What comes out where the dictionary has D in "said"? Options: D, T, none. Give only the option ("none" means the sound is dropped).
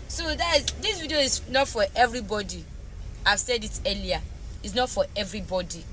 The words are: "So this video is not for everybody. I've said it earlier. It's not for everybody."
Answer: D